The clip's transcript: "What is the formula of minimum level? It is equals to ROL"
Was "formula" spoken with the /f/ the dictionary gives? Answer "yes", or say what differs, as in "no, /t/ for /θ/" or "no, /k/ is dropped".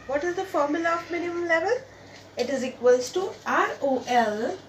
yes